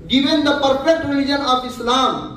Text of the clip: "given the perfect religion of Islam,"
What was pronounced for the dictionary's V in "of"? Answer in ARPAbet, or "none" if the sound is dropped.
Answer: P